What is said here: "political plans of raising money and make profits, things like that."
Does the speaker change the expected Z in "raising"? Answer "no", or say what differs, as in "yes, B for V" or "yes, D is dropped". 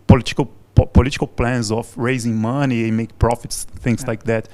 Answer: no